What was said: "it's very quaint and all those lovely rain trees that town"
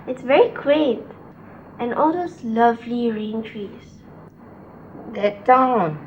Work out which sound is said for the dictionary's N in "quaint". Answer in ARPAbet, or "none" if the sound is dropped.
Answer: none